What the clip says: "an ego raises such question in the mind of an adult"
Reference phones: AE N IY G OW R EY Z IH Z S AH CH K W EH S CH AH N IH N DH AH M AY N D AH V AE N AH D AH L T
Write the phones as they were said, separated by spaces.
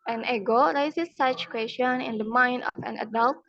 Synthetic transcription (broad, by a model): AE N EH G OW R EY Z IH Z S AH CH K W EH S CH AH N IH N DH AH M AY N D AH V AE N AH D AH L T